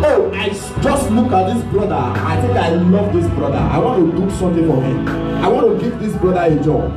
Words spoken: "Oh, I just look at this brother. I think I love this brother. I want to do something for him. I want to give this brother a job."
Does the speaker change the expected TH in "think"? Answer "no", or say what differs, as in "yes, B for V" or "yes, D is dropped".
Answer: yes, T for TH